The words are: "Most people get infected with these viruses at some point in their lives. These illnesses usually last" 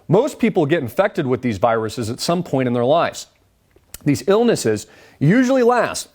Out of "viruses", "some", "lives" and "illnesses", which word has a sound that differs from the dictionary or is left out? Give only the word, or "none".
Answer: none